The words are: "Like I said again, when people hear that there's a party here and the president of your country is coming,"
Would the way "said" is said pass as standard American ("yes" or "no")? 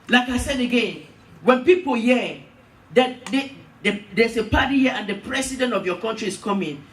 yes